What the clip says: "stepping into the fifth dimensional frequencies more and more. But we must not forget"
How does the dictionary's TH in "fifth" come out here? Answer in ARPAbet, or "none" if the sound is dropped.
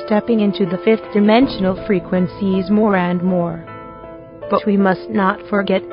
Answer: TH